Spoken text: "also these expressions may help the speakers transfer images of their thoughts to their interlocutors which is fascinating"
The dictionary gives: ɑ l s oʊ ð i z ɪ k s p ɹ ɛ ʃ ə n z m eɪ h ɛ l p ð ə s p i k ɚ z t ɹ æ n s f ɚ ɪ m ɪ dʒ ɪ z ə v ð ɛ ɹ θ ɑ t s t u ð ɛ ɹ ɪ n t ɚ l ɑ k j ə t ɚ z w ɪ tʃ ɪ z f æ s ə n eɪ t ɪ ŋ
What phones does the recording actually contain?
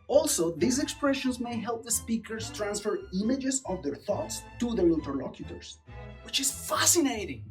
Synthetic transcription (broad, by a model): ɑ l s oʊ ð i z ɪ k s p ɹ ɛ ʃ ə n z m eɪ h ɛ l p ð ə s p i k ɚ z t ɹ æ n s f ɚ ɪ m ɪ dʒ ɪ z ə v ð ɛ ɹ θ ɑ t s t u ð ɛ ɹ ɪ n t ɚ l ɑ k j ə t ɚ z w ɪ tʃ ɪ z f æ s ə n eɪ t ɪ ŋ